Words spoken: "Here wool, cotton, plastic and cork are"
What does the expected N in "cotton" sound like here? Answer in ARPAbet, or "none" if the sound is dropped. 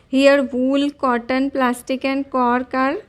N